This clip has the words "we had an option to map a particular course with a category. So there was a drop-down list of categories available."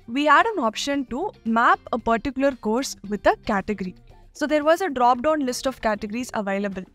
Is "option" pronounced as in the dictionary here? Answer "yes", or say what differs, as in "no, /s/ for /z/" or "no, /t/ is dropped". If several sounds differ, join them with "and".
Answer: yes